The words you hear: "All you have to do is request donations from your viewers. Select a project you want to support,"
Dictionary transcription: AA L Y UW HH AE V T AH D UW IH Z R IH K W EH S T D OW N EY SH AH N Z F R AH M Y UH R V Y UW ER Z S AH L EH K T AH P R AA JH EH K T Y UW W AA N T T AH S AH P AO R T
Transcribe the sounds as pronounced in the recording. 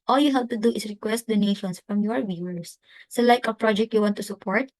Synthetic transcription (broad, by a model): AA L Y UW HH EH P T AH D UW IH S R IH K W EH S T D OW N EY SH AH N S F R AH M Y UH R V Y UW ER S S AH L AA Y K AH P R AA JH EH K T Y UW W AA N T T AH S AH P AO R T